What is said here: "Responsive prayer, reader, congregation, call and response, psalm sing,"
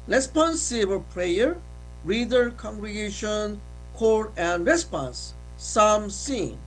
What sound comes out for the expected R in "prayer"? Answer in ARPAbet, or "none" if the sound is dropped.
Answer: R